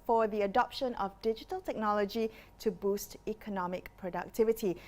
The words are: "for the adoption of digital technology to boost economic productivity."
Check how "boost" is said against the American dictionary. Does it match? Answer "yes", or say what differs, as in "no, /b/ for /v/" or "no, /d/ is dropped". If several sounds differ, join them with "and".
yes